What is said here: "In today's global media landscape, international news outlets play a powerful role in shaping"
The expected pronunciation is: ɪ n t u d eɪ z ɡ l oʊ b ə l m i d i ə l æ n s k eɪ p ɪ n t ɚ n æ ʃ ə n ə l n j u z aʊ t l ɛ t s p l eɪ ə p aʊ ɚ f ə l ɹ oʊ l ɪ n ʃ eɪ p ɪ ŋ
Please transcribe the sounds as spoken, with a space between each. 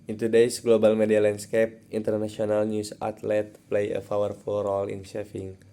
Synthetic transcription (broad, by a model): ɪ n t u d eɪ s ɡ l oʊ b ə l m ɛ d i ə l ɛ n s k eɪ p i n t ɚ n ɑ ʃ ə n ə l n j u s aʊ t l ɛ t p l eɪ ə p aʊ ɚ f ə l ɹ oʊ l ɪ n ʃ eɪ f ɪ ŋ